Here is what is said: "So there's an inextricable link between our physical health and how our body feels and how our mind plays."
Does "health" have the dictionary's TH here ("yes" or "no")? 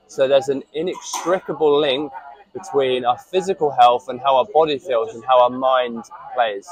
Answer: yes